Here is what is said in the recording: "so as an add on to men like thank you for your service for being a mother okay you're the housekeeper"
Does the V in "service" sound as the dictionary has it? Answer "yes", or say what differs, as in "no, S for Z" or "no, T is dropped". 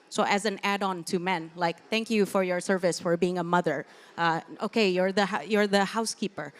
yes